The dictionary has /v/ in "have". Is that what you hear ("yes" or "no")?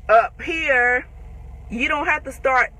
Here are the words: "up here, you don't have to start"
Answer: no